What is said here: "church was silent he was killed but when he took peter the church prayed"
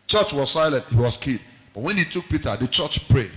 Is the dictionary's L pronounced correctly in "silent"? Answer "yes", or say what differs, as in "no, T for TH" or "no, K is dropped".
yes